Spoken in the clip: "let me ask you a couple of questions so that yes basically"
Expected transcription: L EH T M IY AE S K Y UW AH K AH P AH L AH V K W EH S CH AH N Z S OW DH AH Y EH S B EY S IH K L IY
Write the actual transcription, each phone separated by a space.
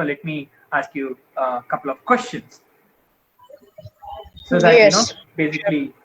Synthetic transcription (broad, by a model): L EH T M IY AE S K Y UW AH K AH P AH L AH V K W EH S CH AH N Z S OW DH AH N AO B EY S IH K L IY